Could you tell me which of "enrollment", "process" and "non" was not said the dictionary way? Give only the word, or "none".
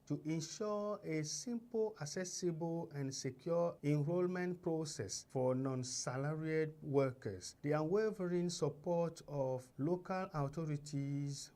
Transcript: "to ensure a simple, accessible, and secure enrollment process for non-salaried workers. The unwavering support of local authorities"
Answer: none